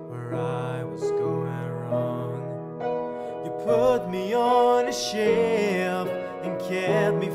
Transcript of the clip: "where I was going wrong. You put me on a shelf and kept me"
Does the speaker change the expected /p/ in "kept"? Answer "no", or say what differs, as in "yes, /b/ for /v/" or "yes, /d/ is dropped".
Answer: yes, /p/ is dropped